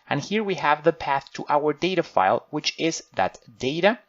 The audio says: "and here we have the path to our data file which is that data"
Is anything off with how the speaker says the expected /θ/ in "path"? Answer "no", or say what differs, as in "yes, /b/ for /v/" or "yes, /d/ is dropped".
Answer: no